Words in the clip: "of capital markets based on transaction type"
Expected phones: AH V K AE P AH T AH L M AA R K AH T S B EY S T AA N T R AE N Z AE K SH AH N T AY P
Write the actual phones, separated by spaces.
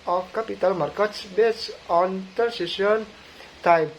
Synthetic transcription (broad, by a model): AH K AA P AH T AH L M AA R K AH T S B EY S AA N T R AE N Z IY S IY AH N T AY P